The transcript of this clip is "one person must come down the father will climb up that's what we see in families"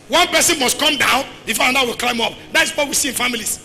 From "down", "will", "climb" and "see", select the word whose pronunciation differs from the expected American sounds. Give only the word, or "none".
none